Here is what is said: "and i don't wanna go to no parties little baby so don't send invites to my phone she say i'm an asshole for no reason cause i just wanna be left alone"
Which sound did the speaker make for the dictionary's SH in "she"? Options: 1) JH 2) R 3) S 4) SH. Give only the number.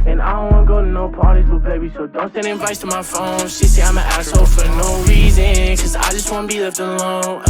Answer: 3